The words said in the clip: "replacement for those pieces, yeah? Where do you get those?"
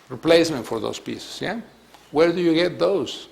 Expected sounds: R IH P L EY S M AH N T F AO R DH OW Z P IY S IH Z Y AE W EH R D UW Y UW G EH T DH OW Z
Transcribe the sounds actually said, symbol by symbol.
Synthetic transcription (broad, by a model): R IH P L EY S M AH N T F AO R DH OW S P IY S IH S Y AE W EH R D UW Y UW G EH T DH OW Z